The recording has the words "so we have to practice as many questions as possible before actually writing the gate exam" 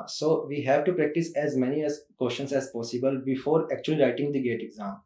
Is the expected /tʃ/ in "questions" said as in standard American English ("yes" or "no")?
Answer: no